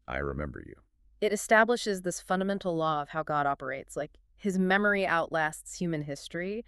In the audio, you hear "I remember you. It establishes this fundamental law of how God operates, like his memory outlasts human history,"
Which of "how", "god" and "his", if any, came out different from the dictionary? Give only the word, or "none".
none